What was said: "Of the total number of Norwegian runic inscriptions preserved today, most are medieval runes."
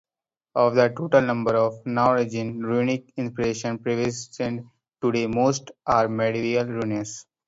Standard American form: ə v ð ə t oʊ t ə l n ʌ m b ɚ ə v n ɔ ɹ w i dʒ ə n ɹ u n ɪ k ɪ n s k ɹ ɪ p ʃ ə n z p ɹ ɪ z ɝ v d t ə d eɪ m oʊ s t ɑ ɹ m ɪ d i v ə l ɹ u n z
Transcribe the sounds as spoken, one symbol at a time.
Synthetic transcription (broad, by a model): ə v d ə t oʊ t ə l n ʌ m b ɚ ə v n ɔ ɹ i dʒ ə n ɹ u n ɪ k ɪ n s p ɹ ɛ ʃ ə n p ɹ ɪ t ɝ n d t ə d eɪ m oʊ s t ɑ ɹ m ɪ d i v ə l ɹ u n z